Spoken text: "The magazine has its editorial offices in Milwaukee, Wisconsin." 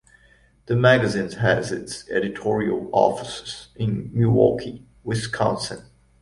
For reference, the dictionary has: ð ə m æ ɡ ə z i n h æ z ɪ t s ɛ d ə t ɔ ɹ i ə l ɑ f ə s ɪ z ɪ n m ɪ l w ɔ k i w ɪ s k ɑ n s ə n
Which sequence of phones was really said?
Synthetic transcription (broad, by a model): ð ə m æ ɡ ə z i n h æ z ɪ t s ɛ d ə t ɔ ɹ i ə l ɑ f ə s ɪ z ɪ n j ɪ w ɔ k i w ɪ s k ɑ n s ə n